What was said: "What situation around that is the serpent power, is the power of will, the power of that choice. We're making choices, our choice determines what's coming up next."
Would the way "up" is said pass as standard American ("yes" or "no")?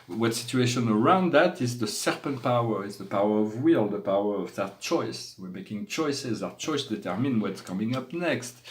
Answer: yes